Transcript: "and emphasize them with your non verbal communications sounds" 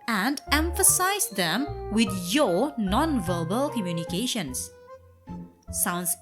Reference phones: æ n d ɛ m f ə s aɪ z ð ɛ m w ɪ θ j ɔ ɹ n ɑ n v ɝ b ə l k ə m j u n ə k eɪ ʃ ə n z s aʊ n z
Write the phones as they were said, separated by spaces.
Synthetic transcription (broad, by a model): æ n d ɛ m f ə s aɪ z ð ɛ m w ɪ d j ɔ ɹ n ɑ n v ɝ b ə l k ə m j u n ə k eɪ ʃ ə n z s aʊ n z